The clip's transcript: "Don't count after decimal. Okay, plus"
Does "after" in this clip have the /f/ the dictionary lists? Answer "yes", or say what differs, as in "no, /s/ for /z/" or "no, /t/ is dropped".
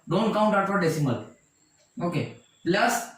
no, /f/ is dropped